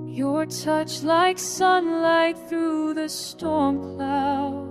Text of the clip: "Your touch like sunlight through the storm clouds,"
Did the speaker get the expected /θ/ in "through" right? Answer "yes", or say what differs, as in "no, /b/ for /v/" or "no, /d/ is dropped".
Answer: yes